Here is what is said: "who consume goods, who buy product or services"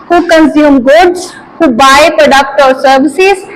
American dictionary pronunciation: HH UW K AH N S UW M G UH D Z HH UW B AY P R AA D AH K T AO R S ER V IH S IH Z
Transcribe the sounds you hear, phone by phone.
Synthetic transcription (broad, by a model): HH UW K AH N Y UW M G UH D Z HH UW B AY P R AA D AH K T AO L S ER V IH S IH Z